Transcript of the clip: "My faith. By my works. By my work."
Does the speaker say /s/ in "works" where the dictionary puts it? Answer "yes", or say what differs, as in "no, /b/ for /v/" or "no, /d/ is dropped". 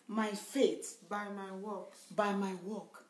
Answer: no, /s/ is dropped